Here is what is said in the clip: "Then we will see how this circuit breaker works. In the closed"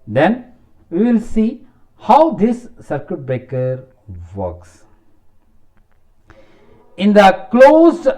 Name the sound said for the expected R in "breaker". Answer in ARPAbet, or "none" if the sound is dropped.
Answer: none